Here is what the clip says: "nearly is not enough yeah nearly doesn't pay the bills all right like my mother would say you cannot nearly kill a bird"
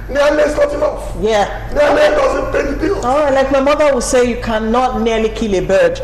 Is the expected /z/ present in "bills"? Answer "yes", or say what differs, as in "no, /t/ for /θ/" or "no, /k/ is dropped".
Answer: no, /z/ is dropped